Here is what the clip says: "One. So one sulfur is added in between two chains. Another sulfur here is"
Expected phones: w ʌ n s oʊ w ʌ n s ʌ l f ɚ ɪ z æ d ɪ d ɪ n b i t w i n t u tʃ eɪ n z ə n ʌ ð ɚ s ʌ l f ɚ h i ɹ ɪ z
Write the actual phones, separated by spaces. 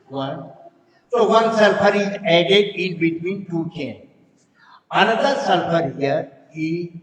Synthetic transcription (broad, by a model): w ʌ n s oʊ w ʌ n s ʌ l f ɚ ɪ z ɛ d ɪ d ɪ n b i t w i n t u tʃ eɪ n ə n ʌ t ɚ s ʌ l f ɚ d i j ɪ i